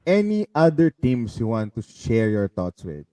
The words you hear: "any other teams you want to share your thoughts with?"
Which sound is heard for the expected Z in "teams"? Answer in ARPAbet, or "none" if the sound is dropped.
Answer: S